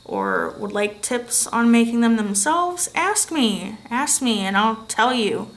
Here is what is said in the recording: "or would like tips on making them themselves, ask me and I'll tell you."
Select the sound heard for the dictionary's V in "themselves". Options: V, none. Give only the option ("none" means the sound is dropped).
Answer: V